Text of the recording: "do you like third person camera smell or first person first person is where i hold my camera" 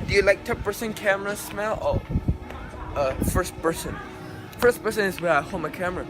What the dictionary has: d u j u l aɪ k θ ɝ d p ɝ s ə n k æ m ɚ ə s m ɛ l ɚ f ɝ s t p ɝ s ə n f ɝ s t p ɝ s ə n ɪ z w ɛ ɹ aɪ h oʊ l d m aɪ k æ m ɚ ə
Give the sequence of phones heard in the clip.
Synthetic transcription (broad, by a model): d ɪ j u l aɪ k t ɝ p p ɝ s ə n k æ m ɚ ə s m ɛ l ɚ f ɝ s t p ɝ s ə n f ɝ s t p ɝ s ə n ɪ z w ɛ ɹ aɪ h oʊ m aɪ k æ m ɚ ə